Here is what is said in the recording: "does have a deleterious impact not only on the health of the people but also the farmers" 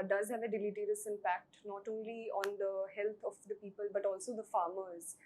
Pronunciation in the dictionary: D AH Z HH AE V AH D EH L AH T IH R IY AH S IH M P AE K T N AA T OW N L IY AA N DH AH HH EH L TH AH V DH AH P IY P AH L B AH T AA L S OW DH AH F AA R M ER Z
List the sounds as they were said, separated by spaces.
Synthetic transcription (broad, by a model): D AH Z HH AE V AH D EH L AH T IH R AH S IH M P AE K T N AA T OW N L IY AA N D AH HH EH L T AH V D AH P IY P AH L B AH T AA L S OW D AH F AA R M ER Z